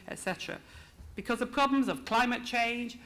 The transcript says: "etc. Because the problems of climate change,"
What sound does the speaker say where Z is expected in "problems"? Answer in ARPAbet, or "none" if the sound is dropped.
Z